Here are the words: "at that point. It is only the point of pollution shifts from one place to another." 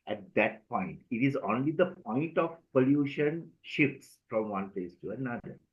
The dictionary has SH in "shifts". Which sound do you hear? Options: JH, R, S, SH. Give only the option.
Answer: SH